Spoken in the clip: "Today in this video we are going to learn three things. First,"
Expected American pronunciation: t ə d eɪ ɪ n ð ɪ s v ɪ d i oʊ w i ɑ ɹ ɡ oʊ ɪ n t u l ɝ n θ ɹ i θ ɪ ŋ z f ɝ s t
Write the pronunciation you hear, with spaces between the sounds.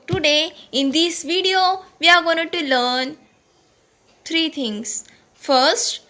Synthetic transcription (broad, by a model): t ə d eɪ ɪ n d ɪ s v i d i oʊ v i ɑ ɹ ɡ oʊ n t u l ɝ n t ɹ i t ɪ ŋ s f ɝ s t